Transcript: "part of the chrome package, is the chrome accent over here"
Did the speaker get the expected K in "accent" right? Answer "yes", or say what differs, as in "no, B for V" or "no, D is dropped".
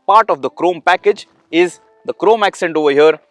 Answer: yes